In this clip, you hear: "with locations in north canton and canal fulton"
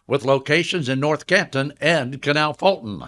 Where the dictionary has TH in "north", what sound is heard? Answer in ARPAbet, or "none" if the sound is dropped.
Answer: TH